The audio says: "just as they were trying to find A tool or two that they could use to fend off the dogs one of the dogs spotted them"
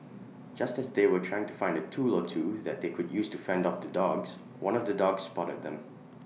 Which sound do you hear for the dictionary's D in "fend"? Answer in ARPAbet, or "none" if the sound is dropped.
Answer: D